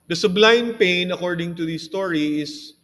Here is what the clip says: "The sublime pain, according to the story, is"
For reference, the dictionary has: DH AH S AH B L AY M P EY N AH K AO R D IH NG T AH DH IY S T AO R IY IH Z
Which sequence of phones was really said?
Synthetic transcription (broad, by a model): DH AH S AH B L AY M P EY N AH K AO R D IH NG T AH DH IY S T AO R IY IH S